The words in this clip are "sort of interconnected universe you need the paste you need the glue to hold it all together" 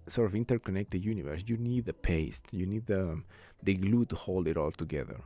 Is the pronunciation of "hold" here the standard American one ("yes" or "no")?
yes